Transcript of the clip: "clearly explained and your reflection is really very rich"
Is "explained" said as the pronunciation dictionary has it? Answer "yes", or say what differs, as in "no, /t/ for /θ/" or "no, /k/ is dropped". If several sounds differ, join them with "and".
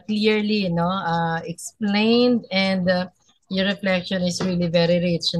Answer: yes